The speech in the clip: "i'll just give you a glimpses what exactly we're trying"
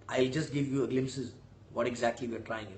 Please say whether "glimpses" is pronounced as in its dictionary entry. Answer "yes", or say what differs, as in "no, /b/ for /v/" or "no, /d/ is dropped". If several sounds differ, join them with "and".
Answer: yes